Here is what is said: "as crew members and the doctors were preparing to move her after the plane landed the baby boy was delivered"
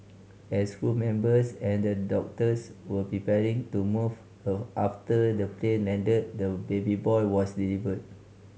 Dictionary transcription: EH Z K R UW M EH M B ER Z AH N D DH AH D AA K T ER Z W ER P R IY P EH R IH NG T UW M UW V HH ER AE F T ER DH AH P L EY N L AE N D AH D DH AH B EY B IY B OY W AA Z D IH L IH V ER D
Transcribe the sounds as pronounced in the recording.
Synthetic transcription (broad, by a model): EH S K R UW M EH M B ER S AH N D AH D AA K T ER S W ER P R IY P EH R IH NG T UW M UW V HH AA F T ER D AH P L EY N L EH N D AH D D AH B EY B IY B OY W AA S D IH L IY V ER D